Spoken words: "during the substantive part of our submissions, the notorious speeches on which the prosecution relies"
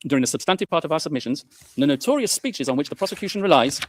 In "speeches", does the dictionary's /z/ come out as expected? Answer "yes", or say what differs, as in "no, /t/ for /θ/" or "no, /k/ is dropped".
yes